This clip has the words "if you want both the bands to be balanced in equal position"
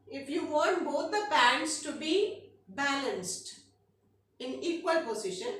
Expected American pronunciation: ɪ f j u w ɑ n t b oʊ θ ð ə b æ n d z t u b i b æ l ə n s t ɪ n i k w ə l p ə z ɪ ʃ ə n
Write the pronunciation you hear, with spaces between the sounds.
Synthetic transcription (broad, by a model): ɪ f j u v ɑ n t b oʊ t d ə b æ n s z t u b i b æ l ə n s t ɪ n i k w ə l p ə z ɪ ʃ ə n